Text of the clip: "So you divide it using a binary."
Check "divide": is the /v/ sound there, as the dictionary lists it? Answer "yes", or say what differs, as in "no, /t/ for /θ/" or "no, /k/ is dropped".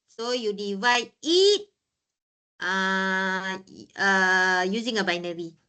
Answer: yes